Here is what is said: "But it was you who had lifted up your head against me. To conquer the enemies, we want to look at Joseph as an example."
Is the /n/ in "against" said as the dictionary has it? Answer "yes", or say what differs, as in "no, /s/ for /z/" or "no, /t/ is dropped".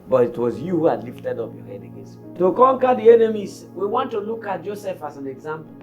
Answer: no, /n/ is dropped